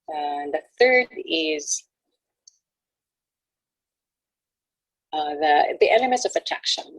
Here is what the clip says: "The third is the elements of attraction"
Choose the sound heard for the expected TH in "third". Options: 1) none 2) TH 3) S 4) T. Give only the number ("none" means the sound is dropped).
2